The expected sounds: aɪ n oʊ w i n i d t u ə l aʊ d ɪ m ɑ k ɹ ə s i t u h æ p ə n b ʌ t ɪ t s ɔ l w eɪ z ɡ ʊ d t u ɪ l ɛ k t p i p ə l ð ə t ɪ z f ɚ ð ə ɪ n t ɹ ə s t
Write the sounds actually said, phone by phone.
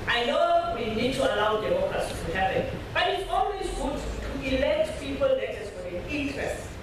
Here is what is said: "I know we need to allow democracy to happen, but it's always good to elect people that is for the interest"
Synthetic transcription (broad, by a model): aɪ n oʊ w i n i d t u ə l aʊ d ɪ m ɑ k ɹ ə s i t u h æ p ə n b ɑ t ɪ t s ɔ n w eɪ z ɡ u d t u ɪ l ɛ k t p i p ə l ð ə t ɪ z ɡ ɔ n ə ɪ n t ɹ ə s t